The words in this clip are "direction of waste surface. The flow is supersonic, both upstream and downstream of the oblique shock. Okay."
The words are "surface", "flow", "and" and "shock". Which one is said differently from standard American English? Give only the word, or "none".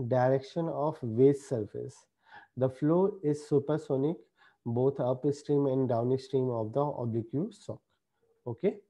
shock